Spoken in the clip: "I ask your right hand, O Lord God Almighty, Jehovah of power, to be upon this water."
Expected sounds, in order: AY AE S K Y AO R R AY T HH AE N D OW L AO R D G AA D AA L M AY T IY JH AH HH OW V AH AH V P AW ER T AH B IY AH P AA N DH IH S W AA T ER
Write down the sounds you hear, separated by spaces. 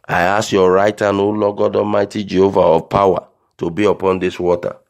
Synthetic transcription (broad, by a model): AY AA S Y AO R R AY T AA N OW L AO G AA D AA M AY T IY JH AH HH OW V AH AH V P AW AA T AH B IY AH P AA N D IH S W AA T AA